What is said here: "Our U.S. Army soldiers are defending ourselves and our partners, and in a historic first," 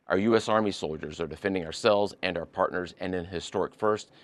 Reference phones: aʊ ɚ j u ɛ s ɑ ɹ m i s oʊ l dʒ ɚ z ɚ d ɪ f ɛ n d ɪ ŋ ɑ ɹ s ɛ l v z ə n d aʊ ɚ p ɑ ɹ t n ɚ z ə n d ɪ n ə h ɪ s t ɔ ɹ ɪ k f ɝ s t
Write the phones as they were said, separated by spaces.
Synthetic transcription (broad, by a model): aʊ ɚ j u ɛ s ɑ ɹ m i s oʊ l dʒ ɚ z ɚ d ɪ f ɛ n d ɪ ŋ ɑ ɹ s ɛ l v z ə n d aʊ ɚ p ɑ ɹ t n ɚ z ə n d ɪ n h ɪ s t ɔ ɹ ɪ k f ɝ s t